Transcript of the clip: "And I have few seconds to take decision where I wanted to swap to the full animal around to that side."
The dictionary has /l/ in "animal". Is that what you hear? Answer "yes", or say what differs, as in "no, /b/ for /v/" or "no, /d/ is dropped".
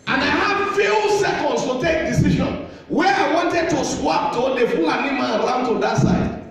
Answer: no, /n/ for /l/